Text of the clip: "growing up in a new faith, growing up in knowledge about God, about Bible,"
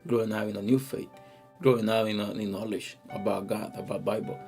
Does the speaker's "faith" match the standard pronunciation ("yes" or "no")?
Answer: no